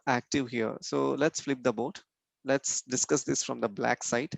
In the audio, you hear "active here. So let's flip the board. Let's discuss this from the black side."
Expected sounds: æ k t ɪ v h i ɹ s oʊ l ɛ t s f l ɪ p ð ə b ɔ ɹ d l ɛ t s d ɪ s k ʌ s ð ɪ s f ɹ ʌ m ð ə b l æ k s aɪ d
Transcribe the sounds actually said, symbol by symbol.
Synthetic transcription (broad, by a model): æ k t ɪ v h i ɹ s oʊ l ɛ t s f l ɪ p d ə b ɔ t l ɛ t s d ɪ s k ʌ s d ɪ s f ɹ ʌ m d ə b l æ k s aɪ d